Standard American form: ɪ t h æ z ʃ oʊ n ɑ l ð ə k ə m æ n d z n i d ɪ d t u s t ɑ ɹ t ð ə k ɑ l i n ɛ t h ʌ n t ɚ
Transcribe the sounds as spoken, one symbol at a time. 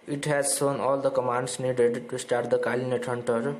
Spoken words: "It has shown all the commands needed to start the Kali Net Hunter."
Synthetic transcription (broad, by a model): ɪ t h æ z s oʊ n ɑ l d ə k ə m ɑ n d s n i d ɪ d t u s t ɑ ɹ t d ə k ɑ l i n ɛ t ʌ n t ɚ